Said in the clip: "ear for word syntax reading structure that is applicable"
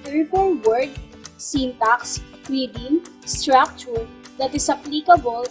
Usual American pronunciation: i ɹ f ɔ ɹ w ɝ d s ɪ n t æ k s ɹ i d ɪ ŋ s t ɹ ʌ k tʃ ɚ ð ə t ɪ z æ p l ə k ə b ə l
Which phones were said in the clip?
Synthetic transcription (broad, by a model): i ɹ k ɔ l w ɝ d s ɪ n t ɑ k s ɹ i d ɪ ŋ s t ɹ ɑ k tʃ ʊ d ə t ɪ s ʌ p l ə k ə b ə l